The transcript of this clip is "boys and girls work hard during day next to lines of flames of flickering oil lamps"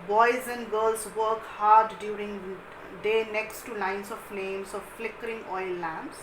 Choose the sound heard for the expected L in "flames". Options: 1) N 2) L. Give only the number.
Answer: 1